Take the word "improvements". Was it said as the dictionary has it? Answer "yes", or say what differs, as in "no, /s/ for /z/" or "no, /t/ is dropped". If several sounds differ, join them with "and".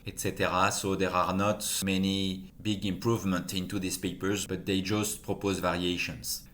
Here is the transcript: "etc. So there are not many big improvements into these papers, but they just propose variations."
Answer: no, /s/ is dropped